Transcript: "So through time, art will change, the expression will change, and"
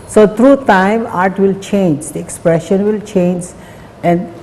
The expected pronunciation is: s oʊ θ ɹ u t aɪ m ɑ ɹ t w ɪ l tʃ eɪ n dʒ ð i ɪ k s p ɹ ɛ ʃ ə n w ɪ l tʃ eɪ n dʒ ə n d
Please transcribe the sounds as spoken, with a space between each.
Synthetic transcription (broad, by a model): s oʊ t ɹ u t aɪ m ɑ ɹ t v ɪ l tʃ eɪ n dʒ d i ɪ k s p ɹ ɛ ʃ ə n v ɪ l tʃ eɪ n dʒ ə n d